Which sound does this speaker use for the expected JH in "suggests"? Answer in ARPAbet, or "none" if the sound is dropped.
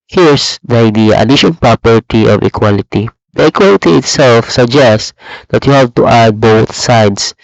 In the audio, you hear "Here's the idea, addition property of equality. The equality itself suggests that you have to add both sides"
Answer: JH